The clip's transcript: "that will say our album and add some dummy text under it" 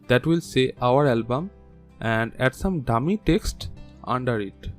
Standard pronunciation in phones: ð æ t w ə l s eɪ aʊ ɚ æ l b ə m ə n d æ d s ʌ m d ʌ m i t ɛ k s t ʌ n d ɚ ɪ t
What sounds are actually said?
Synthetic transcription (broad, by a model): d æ t w ə l s eɪ aʊ ɚ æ l b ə m ə n d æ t s ʌ m d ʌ m i t ɛ k s t ʌ n d ɚ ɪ t